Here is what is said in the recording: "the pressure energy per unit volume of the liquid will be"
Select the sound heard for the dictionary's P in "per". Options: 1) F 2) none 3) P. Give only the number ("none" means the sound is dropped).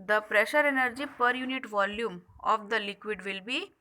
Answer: 3